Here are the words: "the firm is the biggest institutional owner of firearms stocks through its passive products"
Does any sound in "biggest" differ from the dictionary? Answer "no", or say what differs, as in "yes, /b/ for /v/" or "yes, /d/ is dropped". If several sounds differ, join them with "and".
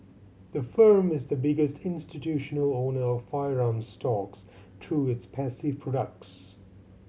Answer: no